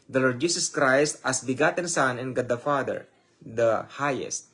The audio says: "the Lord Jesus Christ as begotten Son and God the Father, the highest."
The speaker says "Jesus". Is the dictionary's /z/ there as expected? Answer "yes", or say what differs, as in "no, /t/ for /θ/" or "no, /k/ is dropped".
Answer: no, /s/ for /z/